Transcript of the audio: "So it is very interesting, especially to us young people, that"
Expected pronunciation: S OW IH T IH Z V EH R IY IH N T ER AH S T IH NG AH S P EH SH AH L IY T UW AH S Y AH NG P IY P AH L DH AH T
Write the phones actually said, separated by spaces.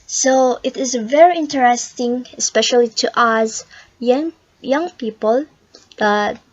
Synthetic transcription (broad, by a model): S OW IH T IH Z V EH R IY IH N T ER AH S T IH NG AH S P EH SH AH L IY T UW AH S Y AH NG P IY P AH L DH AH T